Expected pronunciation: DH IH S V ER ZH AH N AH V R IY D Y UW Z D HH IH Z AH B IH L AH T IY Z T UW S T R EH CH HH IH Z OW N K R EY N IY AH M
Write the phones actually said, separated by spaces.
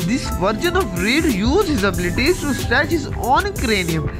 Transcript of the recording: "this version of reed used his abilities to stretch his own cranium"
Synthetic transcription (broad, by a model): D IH S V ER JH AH N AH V R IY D Y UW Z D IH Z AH B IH L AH T IY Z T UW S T EH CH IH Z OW N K R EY N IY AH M